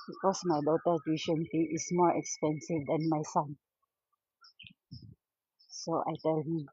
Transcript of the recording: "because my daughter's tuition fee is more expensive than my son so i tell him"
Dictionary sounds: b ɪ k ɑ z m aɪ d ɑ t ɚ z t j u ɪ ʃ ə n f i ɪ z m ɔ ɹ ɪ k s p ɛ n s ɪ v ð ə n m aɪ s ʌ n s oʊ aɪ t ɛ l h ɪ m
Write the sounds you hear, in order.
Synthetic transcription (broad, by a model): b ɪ k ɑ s m aɪ d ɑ t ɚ t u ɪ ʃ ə n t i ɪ s m ɔ ɹ ɪ k s p ɛ n s ɪ v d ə n m aɪ s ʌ n s oʊ aɪ t ɛ l h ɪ m